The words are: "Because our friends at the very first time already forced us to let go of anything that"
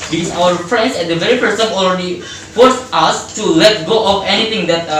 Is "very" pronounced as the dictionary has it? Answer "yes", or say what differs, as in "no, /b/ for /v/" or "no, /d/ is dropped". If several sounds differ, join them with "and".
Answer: yes